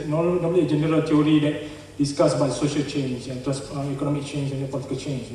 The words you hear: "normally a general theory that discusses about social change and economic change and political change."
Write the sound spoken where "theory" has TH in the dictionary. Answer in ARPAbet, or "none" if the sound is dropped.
T